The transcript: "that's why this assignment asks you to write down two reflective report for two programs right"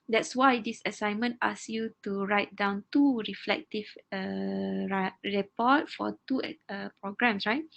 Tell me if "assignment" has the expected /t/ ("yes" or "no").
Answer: yes